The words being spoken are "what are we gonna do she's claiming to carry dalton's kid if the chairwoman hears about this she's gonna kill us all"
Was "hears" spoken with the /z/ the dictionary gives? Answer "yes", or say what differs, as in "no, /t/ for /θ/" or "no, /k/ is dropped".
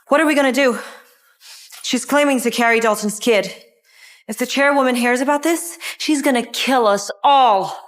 yes